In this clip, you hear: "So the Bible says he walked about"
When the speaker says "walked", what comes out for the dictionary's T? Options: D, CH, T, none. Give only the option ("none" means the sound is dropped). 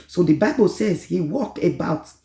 none